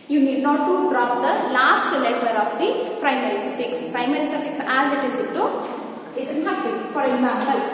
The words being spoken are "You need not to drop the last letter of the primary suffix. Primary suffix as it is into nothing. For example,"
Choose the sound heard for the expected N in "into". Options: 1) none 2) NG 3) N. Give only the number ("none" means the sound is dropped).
1